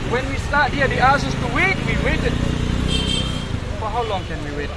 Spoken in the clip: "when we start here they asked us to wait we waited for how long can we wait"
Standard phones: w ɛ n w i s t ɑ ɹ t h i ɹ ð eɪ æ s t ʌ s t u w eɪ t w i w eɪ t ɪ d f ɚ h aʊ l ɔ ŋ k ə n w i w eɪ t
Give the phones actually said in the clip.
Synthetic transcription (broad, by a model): w ɛ n w i s t ɑ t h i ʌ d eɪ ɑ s ʌ s t u w eɪ t w i w eɪ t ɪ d f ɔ h aʊ l ɔ ŋ k ə n w i w eɪ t